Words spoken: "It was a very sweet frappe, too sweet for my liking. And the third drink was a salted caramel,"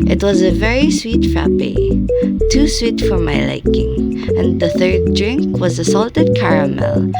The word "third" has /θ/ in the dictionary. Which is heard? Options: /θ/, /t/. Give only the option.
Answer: /θ/